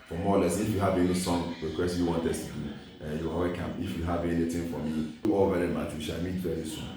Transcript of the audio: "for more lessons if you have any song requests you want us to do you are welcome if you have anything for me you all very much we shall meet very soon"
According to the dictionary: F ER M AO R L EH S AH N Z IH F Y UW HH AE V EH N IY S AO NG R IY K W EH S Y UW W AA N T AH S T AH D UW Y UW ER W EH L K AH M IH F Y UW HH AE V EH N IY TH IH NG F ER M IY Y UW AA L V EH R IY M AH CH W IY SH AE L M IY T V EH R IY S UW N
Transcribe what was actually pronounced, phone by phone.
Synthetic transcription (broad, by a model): F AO M AO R L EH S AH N IH F Y UW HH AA V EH L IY S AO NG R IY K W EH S Y UW W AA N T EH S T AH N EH Y UW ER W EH K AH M IH F Y UW HH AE V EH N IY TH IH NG F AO M IY AA L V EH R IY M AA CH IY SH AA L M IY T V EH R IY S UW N